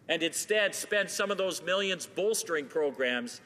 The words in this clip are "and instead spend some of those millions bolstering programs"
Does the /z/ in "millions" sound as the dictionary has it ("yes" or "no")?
yes